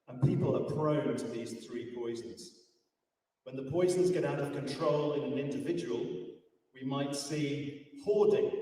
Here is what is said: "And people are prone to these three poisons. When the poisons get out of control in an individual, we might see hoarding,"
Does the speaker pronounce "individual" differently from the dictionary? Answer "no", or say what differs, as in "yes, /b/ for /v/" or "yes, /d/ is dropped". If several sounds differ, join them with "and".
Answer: no